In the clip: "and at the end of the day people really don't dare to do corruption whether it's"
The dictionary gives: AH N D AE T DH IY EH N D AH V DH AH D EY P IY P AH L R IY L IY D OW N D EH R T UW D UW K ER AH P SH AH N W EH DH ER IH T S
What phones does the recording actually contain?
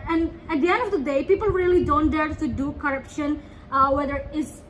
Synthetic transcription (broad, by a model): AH N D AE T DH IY EH N D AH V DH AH D EY P IY P AH L R IY L IY D OW N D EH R T UW D UW K ER AH P SH AH N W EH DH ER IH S